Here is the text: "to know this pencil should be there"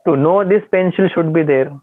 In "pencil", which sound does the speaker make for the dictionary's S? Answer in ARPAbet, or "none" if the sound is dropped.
SH